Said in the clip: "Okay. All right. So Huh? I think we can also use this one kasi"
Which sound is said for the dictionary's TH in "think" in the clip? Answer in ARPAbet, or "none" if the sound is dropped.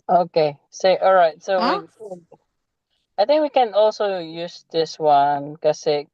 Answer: TH